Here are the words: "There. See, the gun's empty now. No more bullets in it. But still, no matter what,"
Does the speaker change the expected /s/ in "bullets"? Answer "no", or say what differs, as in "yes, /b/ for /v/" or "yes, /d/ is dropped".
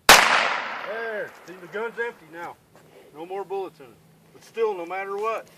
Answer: yes, /s/ is dropped